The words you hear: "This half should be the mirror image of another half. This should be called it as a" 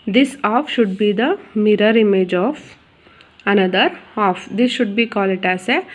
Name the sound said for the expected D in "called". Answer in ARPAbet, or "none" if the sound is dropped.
none